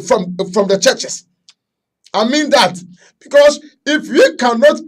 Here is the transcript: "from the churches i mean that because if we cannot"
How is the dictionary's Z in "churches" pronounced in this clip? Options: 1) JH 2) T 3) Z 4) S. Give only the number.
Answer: 4